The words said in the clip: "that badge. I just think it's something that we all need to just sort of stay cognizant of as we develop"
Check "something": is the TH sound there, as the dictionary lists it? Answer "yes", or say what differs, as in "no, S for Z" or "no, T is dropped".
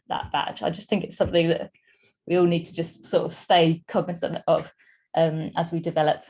yes